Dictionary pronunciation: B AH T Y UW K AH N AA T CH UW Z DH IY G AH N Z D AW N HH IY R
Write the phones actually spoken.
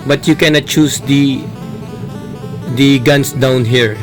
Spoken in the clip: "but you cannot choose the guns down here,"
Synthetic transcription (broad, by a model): B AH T Y UW K AH N AA T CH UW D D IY G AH N S D AW N HH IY R